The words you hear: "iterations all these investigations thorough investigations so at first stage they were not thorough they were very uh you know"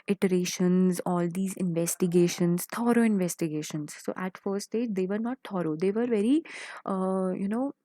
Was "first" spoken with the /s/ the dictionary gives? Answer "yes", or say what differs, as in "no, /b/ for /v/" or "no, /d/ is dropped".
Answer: no, /s/ is dropped